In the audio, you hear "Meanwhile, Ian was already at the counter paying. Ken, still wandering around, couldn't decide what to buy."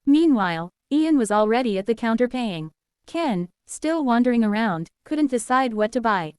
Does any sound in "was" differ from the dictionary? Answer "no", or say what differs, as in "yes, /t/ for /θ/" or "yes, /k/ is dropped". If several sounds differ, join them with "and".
no